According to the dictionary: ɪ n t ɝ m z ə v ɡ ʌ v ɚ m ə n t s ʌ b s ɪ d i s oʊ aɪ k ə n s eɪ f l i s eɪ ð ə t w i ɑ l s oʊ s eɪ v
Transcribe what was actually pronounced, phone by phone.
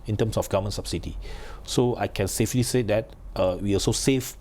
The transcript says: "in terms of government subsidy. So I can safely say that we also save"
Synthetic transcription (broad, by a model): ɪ n t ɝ m s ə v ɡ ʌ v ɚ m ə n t s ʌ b s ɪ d i s oʊ aɪ k ə n s eɪ f l i s eɪ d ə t w i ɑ s oʊ s eɪ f